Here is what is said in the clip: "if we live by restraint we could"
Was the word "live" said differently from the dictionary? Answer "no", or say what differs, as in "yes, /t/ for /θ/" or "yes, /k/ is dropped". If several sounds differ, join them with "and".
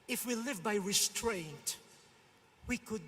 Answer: no